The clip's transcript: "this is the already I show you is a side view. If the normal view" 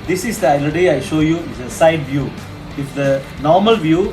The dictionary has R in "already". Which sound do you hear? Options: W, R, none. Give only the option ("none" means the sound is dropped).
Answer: none